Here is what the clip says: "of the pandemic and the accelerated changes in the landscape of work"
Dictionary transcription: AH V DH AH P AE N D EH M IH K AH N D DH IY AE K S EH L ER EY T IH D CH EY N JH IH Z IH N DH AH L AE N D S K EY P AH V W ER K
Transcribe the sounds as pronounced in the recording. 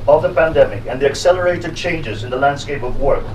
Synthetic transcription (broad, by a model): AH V DH AH P AE N D EH M IH K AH N DH IY AE K S EH L ER EY T IH D CH EY N JH IH Z IH N DH AH L AE N D S K EY P AH V W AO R